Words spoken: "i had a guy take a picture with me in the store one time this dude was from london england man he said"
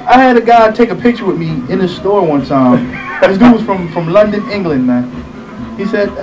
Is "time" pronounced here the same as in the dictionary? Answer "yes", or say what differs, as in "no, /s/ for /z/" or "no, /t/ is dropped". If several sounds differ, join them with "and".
no, /s/ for /t/